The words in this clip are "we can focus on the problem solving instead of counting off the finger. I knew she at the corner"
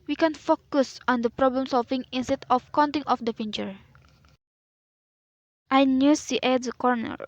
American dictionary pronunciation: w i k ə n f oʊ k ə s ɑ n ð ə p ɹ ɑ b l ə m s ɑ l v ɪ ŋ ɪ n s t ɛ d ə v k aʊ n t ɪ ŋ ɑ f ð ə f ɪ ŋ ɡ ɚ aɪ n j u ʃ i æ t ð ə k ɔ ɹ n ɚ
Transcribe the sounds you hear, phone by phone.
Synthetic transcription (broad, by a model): w i k ə n f oʊ k ə s ɑ n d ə p ɹ ɑ b l ə m s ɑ l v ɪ ŋ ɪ n s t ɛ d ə f k aʊ n t ɪ ŋ ɑ f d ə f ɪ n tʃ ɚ aɪ n j u s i t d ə k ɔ ɹ n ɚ